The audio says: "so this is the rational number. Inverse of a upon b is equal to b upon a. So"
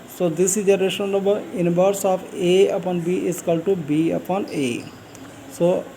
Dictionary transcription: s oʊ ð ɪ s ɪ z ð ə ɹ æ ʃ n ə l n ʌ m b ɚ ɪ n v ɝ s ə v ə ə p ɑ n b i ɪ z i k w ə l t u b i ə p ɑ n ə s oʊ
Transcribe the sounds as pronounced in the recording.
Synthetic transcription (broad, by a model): s oʊ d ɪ s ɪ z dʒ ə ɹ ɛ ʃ ə n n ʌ b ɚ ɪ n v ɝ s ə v ə ə p ɑ n b i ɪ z k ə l t u b i ə p ɑ n ə s oʊ